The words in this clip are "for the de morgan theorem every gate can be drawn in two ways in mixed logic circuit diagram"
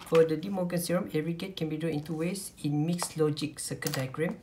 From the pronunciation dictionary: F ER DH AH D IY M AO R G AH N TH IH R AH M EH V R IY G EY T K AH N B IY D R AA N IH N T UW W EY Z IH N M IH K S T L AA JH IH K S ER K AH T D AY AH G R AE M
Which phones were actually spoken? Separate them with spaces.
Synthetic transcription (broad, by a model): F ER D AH D IY M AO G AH N S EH R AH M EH R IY G EY T K AH N B IY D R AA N IH N T UW W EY S IH N M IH K S L AA JH IH K S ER K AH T D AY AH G R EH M